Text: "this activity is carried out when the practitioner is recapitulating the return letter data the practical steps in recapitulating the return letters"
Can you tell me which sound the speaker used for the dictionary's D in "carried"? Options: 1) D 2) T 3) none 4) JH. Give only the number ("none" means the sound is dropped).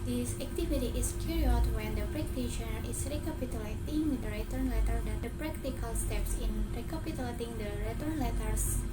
3